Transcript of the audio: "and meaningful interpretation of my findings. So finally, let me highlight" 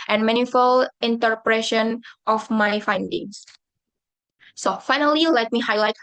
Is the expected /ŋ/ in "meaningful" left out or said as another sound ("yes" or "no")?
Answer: yes